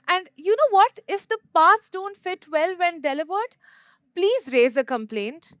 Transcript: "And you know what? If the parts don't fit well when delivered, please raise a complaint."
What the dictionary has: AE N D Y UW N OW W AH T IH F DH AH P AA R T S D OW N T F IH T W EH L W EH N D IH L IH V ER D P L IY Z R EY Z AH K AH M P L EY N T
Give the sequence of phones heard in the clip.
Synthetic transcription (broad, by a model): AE N D Y UW N OW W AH T IH F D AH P AA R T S D OW N T F IH T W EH L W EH N D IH L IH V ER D P L IY Z R EY Z AH K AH M P L EY N T